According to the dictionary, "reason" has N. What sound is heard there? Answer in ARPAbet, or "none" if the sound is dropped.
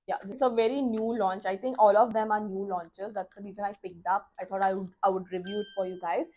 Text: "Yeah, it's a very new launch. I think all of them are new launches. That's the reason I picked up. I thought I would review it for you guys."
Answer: L